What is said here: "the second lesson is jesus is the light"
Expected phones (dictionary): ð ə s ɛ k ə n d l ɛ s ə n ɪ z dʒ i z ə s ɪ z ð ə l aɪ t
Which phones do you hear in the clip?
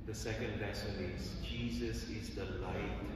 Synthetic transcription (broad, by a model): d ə s ɛ k ə n d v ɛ s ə l ɪ z dʒ i z ə s ɪ z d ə l aɪ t